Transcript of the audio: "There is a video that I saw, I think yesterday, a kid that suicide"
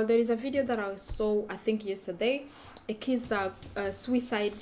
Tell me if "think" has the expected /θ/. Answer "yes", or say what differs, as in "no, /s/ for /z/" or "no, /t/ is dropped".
yes